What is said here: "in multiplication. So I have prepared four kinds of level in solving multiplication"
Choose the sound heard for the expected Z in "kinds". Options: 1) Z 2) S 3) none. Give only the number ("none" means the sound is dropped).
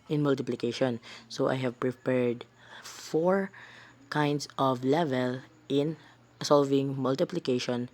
2